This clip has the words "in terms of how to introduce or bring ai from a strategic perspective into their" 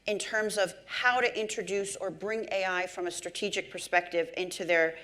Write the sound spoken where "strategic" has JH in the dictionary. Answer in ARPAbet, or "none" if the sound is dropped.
JH